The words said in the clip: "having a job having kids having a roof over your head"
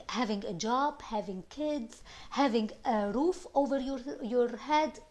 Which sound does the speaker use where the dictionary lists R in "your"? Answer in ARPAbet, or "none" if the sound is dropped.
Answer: R